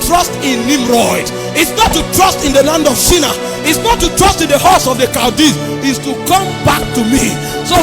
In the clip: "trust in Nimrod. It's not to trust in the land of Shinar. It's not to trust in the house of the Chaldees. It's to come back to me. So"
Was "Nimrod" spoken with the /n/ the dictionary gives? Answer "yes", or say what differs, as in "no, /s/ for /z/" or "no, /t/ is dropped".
no, /l/ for /n/